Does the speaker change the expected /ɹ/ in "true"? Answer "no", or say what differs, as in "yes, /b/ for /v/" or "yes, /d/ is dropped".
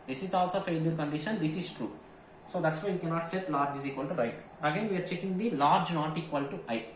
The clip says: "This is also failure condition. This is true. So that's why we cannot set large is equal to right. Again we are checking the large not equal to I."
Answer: no